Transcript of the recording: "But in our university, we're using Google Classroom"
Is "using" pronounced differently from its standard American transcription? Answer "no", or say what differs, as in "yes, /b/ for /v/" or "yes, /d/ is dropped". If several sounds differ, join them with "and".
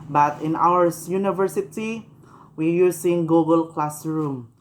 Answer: yes, /s/ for /z/